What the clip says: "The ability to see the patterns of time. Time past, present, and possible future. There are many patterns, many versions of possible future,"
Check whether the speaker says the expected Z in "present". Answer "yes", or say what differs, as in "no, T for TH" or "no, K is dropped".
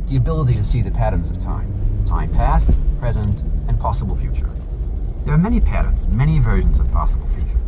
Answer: yes